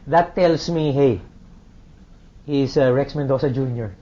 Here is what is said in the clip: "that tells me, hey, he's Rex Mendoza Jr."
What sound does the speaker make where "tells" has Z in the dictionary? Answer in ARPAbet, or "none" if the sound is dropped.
S